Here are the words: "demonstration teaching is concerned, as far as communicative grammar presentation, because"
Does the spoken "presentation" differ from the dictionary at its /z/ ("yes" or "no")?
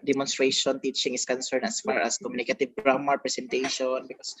yes